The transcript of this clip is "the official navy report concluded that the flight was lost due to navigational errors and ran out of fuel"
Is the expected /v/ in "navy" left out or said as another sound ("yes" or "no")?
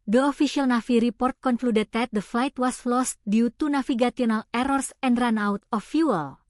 yes